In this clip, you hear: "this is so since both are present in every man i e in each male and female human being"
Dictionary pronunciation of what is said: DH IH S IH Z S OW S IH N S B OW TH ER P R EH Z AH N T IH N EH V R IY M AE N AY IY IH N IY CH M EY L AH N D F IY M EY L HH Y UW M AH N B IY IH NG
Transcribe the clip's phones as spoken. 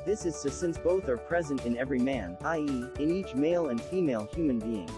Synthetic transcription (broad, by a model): DH IH S IH Z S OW S IH N S B OW TH ER P R EH Z AH N T IH N EH V R IY M AE N AY IY IH N IY CH M EY L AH N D F IY M EY L HH Y UW M AH N B IY IH NG